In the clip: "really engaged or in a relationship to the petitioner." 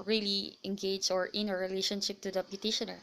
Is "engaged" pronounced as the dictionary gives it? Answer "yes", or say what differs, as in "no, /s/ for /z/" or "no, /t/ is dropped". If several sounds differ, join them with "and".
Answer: no, /d/ is dropped